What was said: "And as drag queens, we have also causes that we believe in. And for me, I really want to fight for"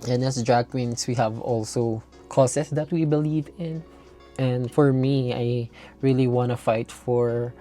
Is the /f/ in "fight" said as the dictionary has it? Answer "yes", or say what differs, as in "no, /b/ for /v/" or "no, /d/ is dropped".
yes